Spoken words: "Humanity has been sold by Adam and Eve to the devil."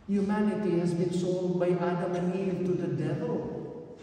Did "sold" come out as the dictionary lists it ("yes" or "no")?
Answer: no